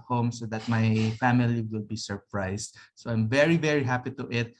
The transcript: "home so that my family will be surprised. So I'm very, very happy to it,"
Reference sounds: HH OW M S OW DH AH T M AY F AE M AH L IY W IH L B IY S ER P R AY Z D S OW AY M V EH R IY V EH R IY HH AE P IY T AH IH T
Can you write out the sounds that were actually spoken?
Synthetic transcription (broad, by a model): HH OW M S OW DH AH T M AY F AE M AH L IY W IH L B IY S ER P R AY S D S OW AY M V EH R IY V EH R IY HH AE P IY T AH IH T